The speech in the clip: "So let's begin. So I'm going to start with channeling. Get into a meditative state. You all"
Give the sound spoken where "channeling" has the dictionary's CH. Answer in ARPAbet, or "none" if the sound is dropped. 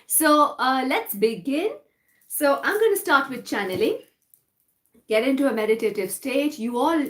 CH